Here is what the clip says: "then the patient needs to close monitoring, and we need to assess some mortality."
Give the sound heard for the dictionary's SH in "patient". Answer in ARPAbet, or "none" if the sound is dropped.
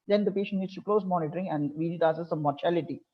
SH